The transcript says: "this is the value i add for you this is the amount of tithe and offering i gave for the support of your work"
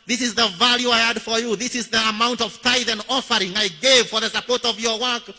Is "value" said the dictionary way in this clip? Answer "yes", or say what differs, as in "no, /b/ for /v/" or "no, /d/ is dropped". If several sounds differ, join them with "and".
yes